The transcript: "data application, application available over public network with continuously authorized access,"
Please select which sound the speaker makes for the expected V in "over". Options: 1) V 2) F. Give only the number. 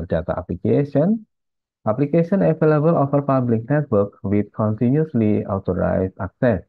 2